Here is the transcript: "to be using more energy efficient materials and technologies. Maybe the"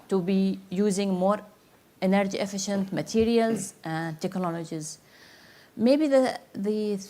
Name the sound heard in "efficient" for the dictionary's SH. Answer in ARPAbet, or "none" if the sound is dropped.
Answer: SH